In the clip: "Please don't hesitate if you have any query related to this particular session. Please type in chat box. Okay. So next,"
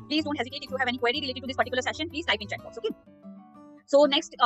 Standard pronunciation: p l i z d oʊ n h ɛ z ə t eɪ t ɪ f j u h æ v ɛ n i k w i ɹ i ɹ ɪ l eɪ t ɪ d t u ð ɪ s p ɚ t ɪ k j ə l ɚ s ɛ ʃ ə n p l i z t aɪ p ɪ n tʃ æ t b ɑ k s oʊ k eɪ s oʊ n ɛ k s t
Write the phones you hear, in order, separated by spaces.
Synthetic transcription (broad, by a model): p l i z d oʊ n h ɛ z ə t eɪ t ɪ f j u h æ v ɛ n i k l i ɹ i ɹ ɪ l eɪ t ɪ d t u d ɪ s p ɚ t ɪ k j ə l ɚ s ɛ ʃ ə n p l i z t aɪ ɪ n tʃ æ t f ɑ s oʊ k eɪ s oʊ n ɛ k s t